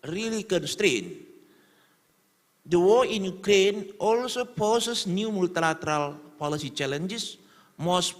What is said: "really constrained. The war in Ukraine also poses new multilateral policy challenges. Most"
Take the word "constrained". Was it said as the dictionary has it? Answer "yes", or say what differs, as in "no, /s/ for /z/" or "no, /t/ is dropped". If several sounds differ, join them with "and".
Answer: yes